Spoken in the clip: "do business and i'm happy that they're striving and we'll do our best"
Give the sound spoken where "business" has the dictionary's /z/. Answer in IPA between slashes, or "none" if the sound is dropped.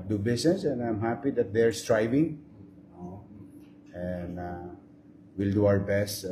/s/